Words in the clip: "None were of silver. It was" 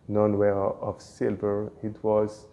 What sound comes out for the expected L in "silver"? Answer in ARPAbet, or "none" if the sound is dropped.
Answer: L